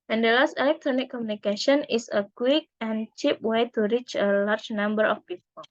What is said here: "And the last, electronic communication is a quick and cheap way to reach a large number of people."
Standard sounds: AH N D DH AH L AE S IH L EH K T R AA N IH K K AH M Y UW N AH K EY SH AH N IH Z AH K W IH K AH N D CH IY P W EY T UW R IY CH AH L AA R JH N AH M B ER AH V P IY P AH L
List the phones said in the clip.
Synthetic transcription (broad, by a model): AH N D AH L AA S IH L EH K T R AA N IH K K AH M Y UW N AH K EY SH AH N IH S AH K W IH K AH N CH IY P W EY T UW R IY CH AH L AA R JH N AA M B ER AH F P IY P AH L